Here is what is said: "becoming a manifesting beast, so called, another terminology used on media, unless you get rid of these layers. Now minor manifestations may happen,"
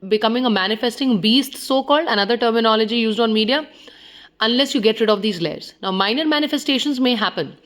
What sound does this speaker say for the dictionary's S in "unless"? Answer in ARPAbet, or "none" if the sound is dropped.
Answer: S